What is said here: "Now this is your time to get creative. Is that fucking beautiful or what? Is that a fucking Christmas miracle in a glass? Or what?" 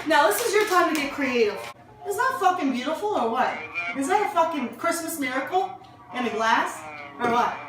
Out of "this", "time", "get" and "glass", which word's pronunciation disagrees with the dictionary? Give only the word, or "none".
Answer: none